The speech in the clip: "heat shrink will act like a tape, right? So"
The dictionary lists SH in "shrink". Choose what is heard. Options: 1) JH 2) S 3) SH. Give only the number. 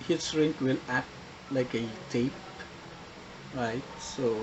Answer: 2